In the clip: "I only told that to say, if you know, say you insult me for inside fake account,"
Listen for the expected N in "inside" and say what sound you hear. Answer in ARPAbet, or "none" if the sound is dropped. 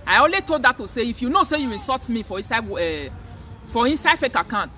N